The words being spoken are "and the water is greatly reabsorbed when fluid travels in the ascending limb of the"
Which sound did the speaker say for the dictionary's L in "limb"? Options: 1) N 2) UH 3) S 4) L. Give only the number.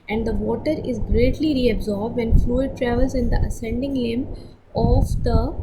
4